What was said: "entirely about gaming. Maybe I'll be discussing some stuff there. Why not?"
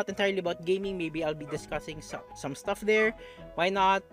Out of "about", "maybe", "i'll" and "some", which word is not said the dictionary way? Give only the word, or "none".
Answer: none